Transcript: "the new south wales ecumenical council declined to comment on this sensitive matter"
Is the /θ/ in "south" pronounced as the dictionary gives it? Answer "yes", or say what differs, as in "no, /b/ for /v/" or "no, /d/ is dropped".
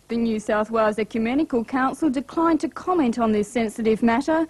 yes